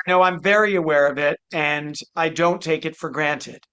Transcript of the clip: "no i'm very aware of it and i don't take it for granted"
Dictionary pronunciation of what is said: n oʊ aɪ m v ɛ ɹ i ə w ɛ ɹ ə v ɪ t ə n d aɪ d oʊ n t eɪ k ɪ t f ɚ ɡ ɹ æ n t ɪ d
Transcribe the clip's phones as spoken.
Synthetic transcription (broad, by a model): n oʊ aɪ m v ɛ ɹ i ə w ɛ ɹ ə v ɪ t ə n aɪ d oʊ n t eɪ k ɪ t f ɚ ɡ ɹ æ n t ɪ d